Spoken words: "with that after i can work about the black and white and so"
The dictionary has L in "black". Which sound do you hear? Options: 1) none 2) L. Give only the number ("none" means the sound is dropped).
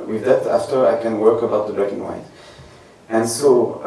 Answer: 1